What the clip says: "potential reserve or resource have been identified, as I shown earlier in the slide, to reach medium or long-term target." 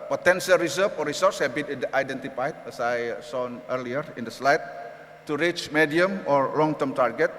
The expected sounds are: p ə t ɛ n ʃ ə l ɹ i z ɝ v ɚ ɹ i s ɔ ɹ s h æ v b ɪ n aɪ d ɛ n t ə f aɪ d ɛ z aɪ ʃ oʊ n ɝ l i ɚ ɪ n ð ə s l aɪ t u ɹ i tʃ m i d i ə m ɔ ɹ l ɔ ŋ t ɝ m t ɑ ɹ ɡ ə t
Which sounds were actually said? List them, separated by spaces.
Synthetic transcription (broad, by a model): p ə t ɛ n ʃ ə l ɹ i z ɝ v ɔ ɹ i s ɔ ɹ s h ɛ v b ɪ n aɪ d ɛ n t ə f aɪ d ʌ s aɪ s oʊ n ɝ l i ɚ ɪ n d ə s l aɪ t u ɹ i tʃ m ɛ d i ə m ɔ ɹ l ɔ ŋ t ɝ m t ɑ ɹ ɡ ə t